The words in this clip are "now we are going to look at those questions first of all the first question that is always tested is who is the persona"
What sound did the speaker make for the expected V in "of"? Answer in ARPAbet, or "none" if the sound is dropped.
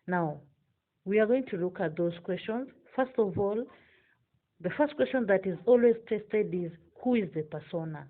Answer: V